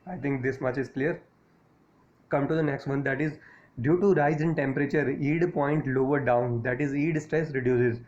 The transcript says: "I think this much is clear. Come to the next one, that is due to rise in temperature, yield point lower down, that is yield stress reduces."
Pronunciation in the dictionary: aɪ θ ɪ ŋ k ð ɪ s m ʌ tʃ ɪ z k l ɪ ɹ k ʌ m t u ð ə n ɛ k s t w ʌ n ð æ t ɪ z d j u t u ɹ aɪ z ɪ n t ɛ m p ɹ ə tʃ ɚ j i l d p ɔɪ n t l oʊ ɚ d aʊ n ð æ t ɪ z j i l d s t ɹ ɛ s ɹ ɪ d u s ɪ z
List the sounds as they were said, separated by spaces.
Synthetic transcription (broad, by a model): aɪ t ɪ ŋ k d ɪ s m ʌ tʃ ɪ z k l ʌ ɹ k ʌ m t u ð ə n ɛ k s t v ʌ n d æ t ɪ z d j u t u ɹ aɪ z ɪ n t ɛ m p ɹ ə tʃ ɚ i d p ɔɪ n t l oʊ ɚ d aʊ n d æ t ɪ z i d s t ɹ ɛ s ɹ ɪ d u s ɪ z